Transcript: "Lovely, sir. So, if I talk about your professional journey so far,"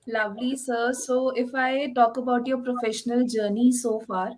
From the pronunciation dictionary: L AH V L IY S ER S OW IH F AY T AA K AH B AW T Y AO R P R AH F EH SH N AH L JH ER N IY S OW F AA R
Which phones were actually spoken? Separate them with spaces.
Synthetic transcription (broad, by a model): L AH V L IY S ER S OW IH F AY T AA K AH B AW T Y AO P R AH F EH SH N AH L JH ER N IY S OW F AA R